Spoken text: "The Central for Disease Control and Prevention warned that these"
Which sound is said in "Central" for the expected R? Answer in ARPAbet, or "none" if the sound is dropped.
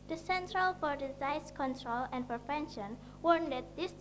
R